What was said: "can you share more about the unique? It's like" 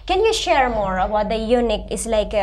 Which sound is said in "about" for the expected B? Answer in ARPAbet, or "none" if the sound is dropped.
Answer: none